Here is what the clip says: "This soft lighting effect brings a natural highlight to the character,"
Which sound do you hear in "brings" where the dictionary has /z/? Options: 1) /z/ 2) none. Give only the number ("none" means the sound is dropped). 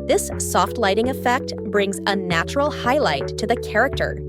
1